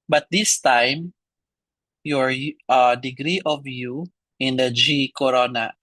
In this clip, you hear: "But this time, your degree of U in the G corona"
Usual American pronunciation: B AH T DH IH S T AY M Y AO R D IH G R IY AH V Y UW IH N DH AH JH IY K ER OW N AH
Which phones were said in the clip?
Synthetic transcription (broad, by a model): B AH T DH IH S T AY M Y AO R D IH G R IY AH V Y UW IH N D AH JH IY K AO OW N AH